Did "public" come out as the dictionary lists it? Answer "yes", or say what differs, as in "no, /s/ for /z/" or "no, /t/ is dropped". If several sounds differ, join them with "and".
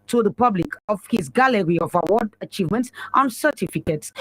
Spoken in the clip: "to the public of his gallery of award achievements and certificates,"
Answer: yes